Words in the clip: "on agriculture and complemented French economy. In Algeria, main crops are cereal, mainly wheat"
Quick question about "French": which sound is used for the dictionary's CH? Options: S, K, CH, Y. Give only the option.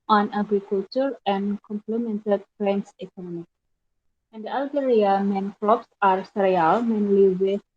S